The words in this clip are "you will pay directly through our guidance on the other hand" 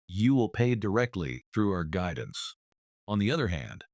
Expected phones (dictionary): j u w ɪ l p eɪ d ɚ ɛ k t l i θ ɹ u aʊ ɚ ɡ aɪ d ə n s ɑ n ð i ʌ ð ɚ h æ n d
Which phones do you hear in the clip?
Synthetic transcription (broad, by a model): j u w ɪ l p eɪ d ɚ ɛ k t l i θ ɹ u aʊ ɚ ɡ aɪ d n s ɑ n ð i ʌ ð ɚ h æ n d